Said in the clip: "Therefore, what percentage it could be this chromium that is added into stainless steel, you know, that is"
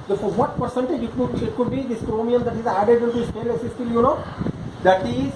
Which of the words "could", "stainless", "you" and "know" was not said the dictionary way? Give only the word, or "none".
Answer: stainless